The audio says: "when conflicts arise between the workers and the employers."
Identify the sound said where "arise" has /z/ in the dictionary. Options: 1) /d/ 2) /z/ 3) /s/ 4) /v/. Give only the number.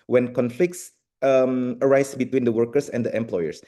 3